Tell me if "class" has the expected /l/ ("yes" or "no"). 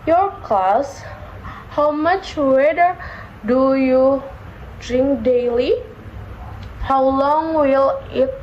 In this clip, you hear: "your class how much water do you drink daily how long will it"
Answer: no